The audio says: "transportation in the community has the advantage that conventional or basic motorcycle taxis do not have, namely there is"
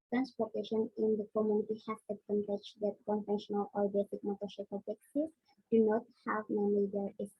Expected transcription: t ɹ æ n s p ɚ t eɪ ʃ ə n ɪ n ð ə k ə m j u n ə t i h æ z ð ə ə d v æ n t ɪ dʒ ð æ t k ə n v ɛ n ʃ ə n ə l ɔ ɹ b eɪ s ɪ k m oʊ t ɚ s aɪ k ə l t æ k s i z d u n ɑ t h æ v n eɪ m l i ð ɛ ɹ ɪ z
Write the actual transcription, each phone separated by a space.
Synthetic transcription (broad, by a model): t ɹ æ n s p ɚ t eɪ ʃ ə n ɪ n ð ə k ə m j u n ə t i h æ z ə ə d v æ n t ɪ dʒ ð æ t k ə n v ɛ n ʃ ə n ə l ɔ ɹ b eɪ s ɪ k m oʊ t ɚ ʃ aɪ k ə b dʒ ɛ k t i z d u n ɑ t h æ v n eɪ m i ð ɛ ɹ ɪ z